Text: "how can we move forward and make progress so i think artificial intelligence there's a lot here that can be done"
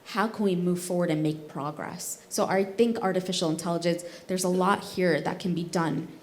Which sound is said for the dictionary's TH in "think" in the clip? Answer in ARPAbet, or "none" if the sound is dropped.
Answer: TH